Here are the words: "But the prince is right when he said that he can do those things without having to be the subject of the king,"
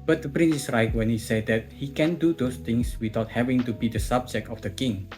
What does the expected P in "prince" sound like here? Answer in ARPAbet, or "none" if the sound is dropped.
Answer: P